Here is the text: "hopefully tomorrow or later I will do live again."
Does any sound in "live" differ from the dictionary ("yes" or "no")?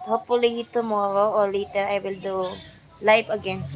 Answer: yes